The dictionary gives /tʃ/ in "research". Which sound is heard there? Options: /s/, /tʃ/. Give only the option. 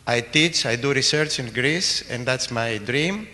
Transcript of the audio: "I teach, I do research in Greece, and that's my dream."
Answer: /tʃ/